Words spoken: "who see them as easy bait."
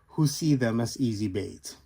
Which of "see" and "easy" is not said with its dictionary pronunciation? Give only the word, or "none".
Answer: none